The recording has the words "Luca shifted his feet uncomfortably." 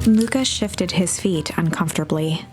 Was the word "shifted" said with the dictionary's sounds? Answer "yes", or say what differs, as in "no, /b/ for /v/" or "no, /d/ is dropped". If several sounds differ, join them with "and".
yes